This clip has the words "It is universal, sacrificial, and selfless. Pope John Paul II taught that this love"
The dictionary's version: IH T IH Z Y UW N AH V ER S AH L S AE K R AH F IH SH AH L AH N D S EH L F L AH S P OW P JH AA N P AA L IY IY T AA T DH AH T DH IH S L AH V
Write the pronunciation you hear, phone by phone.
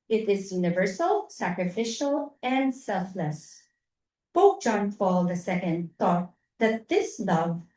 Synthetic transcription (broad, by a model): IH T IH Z Y UW N AH V ER S AH L S AE K R AH F IH SH AH L AH N D S EH L F L AH S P OW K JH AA N F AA L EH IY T AA T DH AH T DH IH S L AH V